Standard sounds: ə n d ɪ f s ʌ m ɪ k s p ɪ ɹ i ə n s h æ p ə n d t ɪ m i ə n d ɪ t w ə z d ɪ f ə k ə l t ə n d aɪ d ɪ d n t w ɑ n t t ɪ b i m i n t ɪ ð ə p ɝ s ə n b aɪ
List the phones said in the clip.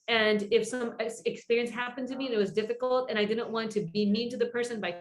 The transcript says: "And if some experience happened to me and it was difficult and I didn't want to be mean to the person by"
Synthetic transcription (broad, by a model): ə n ɪ f s ʌ m ɪ k s p ɪ ɹ i ə n s h æ p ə n t ɪ m i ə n ɪ t w ə z d ɪ f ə k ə l t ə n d aɪ d ɪ d n t w ɑ n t t ɪ b i m i n t ɪ ð ə p ɝ s ə n b aɪ